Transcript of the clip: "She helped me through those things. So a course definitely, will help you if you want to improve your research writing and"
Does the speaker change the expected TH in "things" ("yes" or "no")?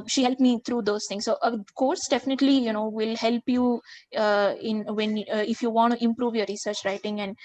yes